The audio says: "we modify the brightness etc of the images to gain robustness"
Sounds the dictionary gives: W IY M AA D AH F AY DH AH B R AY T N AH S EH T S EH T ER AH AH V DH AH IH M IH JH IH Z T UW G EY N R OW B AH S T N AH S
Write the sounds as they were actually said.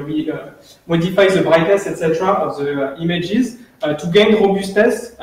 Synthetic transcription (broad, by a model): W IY M AA D AH F AY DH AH B R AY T AH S EH T S EH T ER AH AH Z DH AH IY M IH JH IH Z T UW G EY N R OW B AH S T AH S